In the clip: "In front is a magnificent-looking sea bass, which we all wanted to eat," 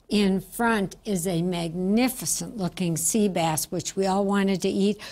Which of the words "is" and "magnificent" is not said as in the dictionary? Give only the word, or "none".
none